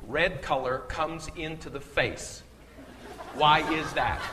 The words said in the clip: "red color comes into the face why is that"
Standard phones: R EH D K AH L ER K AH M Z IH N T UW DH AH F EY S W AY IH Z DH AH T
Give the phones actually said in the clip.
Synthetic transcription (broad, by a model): R EH D K AH L ER K AH M Z IH N T UW DH AH F EY S W AY IH Z DH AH T